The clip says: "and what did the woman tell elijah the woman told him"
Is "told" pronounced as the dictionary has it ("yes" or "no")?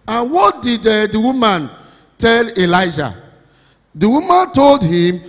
yes